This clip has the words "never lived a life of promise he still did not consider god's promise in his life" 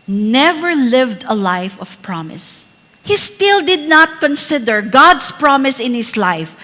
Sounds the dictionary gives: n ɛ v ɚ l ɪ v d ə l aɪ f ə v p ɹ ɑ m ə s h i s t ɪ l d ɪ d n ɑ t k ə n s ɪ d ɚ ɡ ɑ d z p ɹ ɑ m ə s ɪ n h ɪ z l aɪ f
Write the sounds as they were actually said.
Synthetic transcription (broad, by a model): n ɛ v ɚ l ɪ v d ə l aɪ f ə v p ɹ ɑ m ə s h i s t ɪ l d ɪ d n ɑ t k ə n s ɪ d ɚ ɡ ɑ d s p ɹ ɑ m ə s ɪ n h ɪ s l aɪ f